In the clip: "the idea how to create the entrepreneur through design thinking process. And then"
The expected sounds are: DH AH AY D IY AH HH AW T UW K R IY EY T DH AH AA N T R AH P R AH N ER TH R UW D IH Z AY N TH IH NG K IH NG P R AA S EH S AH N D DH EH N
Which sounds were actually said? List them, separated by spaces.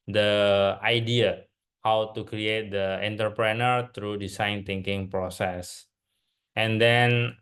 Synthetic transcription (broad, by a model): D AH AY D IY AH HH AW T UW K R IY EY T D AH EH N T R P R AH N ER T R UW D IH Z AY N T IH NG K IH NG P R AA S EH S AH N D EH N